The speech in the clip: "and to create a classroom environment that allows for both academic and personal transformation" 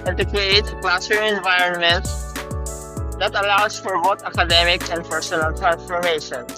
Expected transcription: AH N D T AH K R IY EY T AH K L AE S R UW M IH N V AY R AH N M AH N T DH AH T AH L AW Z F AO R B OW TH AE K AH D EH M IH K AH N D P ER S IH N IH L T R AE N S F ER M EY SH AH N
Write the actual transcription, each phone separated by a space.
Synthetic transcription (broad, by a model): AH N T AH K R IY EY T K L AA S UW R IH N V AY R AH N M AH N T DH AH T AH L AW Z F AO R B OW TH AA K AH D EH M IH K AH N D P ER S IH N IH L T R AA N S F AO M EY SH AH N